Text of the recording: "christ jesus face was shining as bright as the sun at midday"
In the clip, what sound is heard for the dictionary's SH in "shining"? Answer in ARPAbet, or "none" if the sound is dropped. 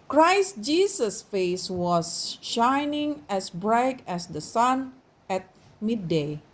SH